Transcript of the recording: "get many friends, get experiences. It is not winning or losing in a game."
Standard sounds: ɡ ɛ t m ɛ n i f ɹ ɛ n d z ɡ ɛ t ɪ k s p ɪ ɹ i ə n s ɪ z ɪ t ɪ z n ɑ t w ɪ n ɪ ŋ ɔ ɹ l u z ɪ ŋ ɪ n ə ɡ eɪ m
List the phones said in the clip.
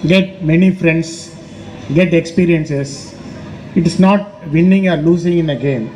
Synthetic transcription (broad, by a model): ɡ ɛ t m ɛ n i f ɹ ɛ n d s ɡ ɛ t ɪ k s p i ɹ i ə n s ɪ s ɪ t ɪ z n ɑ t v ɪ n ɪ ŋ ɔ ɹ l u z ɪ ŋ ɪ n ə ɡ eɪ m